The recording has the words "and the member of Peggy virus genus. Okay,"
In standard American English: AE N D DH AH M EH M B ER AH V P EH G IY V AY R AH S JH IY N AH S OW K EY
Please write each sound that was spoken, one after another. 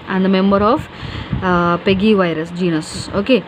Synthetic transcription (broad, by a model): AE N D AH M EH M B ER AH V P EH G IY V AY R AH S JH IY N AH S OW K EY